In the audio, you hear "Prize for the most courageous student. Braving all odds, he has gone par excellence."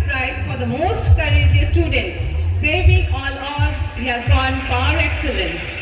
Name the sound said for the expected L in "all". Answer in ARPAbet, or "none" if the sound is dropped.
N